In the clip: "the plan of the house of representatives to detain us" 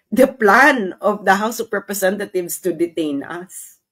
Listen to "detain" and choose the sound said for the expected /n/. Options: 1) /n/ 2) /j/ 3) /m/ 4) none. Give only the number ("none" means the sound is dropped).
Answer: 1